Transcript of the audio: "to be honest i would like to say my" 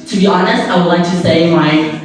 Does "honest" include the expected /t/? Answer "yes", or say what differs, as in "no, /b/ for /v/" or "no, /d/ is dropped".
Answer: yes